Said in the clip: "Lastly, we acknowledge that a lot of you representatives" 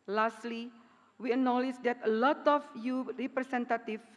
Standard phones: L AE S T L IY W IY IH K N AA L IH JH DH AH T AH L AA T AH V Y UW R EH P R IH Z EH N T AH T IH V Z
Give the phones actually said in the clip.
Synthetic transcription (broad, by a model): L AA S T L IY W IY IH N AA L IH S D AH T AH L AA T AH F Y UW R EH P R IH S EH N T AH T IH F